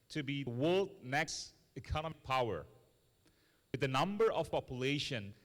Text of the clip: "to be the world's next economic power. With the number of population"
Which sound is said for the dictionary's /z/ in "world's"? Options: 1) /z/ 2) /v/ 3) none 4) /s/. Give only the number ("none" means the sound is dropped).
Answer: 3